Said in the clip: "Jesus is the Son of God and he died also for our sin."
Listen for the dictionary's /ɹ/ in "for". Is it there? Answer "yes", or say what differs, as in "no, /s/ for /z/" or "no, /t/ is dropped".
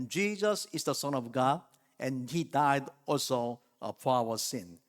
no, /w/ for /ɹ/